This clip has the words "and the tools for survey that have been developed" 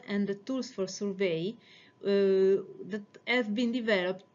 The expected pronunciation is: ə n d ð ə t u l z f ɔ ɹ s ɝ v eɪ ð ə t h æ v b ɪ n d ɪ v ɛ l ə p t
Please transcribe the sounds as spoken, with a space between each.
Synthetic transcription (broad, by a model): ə n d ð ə t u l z f ɔ ɹ s ɝ v eɪ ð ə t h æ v b ɪ n d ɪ v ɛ l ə p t